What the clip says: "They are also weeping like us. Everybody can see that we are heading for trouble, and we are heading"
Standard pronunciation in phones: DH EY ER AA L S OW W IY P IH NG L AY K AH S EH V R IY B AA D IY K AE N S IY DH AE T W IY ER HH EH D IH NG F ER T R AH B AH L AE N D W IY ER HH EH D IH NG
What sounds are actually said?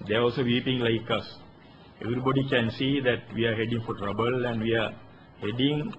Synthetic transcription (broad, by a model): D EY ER AA L S OW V IY P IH NG L AY K AH S EH V R IY B AA D IY K AE N S IY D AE T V IY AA HH EH D IH NG F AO T R AH B AH L AE N D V IY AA HH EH D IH NG